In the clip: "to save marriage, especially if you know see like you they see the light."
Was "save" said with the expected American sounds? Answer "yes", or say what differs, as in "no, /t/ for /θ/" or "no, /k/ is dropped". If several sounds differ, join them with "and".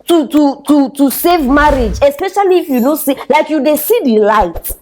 yes